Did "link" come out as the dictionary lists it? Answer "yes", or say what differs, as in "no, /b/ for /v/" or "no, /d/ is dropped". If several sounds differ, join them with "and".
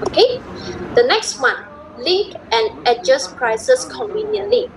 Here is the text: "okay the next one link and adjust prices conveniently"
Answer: no, /ŋ/ is dropped